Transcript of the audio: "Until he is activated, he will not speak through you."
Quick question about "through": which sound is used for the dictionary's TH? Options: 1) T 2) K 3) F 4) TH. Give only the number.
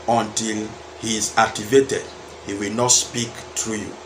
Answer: 1